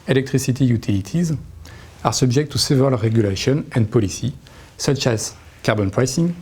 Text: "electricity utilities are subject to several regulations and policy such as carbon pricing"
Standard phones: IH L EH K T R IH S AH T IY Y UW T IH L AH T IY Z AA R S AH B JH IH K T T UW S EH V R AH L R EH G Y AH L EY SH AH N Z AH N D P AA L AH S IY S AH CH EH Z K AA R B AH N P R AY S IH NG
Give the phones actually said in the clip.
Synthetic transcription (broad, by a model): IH L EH K T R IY S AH T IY Y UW T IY L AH T IY Z AA R S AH B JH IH K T T UW S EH V AH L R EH G Y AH L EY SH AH N AH N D P AA L AH S IY S AH CH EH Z K AA R B AH N P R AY S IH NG